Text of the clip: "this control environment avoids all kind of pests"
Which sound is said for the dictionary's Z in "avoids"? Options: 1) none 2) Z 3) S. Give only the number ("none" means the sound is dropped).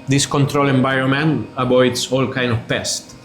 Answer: 3